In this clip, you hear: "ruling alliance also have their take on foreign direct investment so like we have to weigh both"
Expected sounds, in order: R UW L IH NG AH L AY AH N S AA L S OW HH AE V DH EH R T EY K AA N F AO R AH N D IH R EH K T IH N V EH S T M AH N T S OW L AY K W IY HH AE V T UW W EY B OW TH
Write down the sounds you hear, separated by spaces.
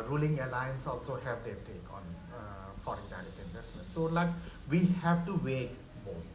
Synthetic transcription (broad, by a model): R UW L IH NG AH L AY AH N S AA L S OW HH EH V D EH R T EY K AA N F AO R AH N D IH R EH T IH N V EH S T M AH N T S OW L AY K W IY HH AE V T UW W EY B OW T